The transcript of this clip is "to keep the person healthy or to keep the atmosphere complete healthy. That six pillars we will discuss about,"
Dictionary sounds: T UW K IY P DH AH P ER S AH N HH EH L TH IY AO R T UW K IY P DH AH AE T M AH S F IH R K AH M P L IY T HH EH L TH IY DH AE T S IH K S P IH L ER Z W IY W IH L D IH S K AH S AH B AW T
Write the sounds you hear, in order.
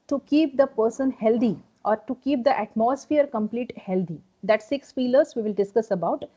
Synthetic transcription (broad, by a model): T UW K IY P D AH P ER S AH N HH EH L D IY AO R T UW K IY P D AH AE T M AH S F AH R K AH M P L IY T HH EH L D IY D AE T S IH K S F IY L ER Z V IY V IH L D IH S K AH S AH B AW T